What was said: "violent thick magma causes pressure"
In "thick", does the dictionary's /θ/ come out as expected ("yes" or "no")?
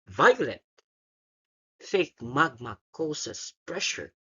no